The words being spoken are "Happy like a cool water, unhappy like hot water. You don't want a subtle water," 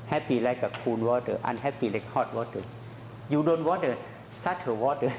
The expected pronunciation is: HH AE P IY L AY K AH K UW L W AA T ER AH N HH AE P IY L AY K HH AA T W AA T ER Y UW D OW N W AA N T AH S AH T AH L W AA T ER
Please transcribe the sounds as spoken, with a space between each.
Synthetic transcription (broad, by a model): HH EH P IY L AY K AH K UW N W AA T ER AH N HH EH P IY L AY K HH AA T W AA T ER Y UW D OW N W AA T AH S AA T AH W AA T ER